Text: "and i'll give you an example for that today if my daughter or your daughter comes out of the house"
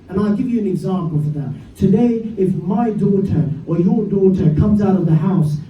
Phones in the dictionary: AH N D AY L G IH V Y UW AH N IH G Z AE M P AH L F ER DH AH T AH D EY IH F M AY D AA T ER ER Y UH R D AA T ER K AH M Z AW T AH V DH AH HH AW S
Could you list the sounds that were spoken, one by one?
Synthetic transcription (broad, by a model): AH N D AY L G IH V Y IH AH N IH G Z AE M P L F ER DH AH T AH D EY IH F M AY D AA T ER ER Y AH R D AA T ER K AH M Z AW T AH V DH AH HH AW S